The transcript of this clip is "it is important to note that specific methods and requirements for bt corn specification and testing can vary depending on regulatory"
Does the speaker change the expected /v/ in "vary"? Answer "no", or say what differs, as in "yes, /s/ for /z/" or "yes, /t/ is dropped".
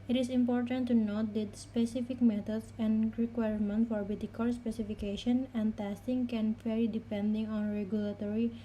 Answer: yes, /f/ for /v/